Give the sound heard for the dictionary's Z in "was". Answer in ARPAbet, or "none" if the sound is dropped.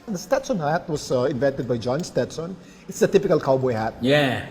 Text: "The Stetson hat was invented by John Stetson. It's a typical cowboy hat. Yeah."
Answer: S